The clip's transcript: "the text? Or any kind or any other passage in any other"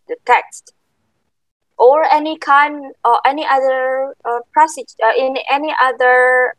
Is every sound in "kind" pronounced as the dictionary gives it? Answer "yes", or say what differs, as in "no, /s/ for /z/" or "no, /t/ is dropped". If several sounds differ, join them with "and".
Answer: yes